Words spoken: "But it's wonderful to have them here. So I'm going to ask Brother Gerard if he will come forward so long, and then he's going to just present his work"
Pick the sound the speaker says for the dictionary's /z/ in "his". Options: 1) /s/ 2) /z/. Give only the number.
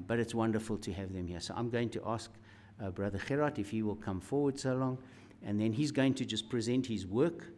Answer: 2